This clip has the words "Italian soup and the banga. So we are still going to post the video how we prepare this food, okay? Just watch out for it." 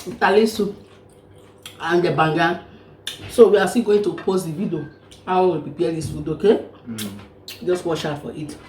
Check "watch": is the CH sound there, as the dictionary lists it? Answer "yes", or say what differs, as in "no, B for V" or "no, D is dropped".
no, SH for CH